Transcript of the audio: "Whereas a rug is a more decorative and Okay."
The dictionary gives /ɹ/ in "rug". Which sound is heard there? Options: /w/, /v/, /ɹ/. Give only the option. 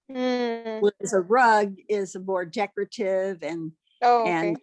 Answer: /ɹ/